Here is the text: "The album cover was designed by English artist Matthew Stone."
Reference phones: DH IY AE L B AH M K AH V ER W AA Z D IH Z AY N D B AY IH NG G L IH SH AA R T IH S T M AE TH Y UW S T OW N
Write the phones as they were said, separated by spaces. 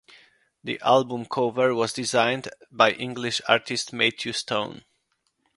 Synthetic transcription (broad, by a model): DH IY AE L B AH M K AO V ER W AA Z D IH Z AY N D B AY IH NG G L IH SH AA R T IH S T M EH T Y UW S T OW N